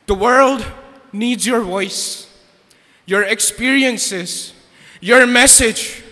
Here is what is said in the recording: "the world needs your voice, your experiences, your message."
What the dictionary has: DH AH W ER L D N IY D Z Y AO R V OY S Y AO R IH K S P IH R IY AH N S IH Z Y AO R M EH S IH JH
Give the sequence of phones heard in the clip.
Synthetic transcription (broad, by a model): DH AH W ER L D N IY D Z Y AO R V OY S Y AO R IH K S P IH R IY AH N S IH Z Y AO R M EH S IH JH